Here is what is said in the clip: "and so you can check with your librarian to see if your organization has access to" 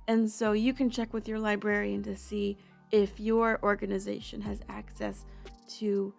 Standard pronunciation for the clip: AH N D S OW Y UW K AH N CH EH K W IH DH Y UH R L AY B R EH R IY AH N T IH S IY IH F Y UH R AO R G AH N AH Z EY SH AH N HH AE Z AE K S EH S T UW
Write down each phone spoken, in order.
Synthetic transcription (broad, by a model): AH N S OW Y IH K AH N CH EH K W IH DH Y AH R L AY B R EH R IY AH N T IH S IY IH F Y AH R AO R G AH N AH Z EY SH AH N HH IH Z AE K S EH S T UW